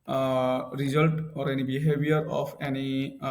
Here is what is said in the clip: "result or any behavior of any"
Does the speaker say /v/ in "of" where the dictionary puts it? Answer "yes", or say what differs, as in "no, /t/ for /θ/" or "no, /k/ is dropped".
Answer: no, /p/ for /v/